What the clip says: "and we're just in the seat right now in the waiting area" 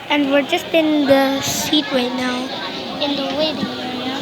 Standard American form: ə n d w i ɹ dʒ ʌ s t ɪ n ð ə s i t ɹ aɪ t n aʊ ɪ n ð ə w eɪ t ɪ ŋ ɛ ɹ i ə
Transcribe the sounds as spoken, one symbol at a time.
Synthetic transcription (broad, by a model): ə n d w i ɹ dʒ ʌ s t ɪ n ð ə s i t w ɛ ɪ n aʊ ɪ n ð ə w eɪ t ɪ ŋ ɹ